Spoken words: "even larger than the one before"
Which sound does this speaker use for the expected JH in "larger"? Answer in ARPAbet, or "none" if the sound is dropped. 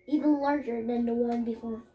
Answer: JH